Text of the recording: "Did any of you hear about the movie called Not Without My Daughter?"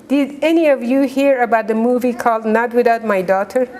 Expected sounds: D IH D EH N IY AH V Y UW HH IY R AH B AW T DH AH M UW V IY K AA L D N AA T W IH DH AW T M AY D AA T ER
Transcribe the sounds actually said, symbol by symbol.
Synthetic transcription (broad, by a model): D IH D EH N IY AH V Y UW HH IY R AH B AW T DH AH M UW V IY K AA L D N AA T W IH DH AW T M AY D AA T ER